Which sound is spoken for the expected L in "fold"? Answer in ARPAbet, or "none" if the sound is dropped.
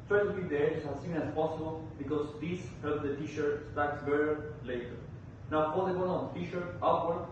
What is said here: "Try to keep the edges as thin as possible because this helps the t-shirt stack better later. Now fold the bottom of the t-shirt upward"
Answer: none